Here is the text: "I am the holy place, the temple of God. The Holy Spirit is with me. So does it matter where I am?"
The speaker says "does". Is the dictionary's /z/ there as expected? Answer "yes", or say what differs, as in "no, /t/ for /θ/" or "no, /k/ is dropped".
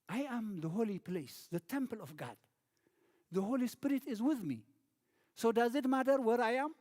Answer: yes